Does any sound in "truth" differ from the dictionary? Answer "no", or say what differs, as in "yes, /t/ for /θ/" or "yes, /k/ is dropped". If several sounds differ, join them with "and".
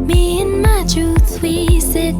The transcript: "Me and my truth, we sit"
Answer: yes, /s/ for /θ/